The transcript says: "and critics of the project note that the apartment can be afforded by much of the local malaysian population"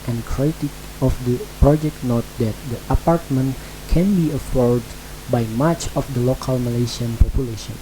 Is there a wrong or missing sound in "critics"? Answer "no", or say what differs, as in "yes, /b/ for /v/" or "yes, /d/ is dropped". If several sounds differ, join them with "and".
yes, /s/ is dropped